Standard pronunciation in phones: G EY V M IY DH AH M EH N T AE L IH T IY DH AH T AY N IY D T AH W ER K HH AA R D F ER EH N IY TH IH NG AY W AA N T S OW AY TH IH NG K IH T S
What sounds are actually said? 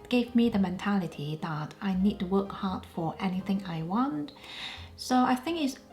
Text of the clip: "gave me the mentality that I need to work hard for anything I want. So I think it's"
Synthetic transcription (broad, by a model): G EY V M IY DH AH M EH N T AE L IH T IY DH AH T AY N IY D T AH W ER K HH AA R D F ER EH N IY TH IH NG AY W AA N T S OW AY TH IH NG K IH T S